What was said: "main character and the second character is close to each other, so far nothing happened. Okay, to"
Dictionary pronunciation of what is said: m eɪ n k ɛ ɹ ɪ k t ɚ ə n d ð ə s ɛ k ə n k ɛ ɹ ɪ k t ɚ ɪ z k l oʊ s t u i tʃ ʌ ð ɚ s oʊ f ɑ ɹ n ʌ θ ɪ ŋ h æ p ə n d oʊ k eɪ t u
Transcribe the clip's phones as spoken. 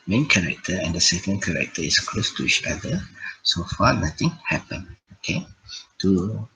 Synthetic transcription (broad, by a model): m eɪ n k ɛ ɹ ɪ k t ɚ ə n d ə s ɛ k ə n k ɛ ɹ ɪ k t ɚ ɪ s k l oʊ s t u i tʃ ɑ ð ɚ s oʊ f ɑ n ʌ t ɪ ŋ h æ p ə n oʊ k eɪ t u